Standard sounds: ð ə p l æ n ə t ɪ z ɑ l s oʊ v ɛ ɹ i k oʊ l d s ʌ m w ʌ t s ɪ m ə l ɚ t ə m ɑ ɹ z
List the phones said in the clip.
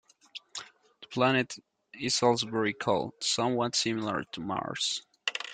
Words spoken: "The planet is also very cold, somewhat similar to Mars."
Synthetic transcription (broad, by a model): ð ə p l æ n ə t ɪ s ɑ l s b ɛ ɹ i k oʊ l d s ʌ m w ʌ t s ɪ m ə l ɚ t ə m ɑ ɹ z